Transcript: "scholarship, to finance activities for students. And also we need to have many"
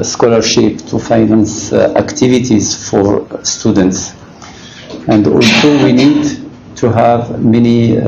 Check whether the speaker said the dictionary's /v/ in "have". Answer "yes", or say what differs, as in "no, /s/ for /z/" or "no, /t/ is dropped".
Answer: yes